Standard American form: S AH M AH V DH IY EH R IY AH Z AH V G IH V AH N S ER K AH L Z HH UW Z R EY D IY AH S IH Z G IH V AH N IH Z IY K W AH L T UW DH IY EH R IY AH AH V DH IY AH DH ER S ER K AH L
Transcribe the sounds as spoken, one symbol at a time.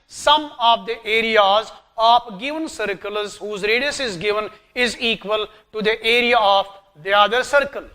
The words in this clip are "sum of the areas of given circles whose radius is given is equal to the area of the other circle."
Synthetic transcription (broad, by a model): S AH M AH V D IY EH R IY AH Z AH P G IH V AH N S ER K AH L Z HH UW Z R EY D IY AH S IH Z G IH V AH N IH Z IY K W AH L T UW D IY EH R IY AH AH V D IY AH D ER S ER K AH L